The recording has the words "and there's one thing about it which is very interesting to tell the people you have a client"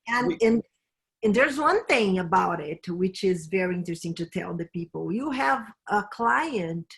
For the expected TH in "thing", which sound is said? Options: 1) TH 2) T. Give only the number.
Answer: 1